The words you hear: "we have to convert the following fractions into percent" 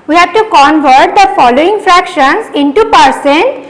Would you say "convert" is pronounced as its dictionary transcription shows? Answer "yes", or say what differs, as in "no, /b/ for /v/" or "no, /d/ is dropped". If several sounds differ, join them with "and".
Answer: yes